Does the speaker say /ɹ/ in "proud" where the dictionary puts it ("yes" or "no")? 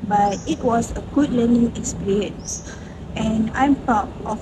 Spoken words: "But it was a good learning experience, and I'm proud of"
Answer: no